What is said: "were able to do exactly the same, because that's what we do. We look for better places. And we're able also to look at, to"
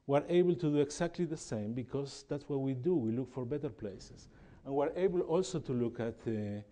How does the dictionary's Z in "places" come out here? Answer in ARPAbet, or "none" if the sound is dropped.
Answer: S